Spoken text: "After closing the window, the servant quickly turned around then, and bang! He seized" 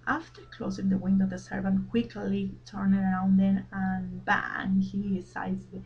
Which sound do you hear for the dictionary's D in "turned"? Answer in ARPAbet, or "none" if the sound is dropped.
none